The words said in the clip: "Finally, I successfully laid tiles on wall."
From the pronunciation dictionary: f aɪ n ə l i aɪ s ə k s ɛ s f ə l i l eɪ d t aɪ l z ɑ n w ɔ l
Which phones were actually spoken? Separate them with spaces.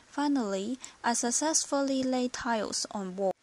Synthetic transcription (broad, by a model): f aɪ n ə l i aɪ s ə k s ɛ s f ə l i l eɪ t aɪ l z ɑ n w ɔ